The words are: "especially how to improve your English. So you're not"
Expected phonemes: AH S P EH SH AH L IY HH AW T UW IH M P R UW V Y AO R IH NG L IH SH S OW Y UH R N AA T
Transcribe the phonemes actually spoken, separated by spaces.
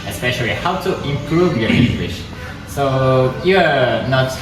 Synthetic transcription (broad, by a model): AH S P EH SH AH L IY HH AW T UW IH M P R UW V Y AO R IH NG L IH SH S OW Y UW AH N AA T